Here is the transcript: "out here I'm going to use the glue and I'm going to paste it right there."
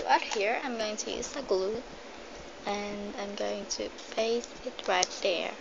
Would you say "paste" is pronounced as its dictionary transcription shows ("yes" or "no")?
no